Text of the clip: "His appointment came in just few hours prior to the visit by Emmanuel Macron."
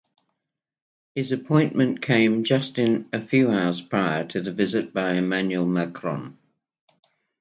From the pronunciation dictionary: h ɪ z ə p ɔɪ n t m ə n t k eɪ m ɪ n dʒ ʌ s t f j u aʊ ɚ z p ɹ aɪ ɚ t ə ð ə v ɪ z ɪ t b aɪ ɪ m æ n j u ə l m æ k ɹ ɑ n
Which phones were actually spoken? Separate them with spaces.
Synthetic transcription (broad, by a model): h ɪ z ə p ɔɪ n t m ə n k eɪ ɪ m dʒ ʌ s t f j u aʊ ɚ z p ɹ aɪ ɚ t ə ð ə v ɪ z ɪ t b aɪ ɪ m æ n j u ə l m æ k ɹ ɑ n